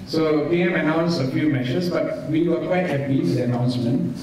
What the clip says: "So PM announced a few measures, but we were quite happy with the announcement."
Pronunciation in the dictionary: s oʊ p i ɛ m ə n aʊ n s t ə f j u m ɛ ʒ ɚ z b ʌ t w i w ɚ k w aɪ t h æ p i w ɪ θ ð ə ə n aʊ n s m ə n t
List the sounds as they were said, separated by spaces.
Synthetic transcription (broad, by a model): s oʊ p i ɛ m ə n aʊ n s ə f j u m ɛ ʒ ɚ s b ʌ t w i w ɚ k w aɪ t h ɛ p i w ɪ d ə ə n aʊ n s m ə n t